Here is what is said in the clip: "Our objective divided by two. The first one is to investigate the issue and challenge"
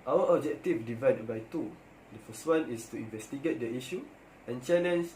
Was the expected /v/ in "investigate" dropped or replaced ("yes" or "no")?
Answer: no